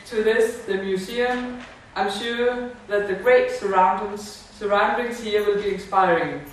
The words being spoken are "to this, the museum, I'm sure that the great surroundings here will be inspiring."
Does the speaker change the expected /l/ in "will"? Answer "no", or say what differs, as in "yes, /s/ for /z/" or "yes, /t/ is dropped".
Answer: no